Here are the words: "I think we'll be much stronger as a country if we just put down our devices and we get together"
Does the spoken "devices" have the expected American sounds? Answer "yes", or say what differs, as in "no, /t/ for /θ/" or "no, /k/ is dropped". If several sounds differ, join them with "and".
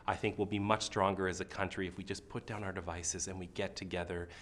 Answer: yes